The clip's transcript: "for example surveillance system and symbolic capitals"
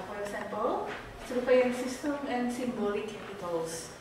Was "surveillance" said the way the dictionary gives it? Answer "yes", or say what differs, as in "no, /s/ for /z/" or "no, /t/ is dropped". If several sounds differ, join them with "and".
no, /f/ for /v/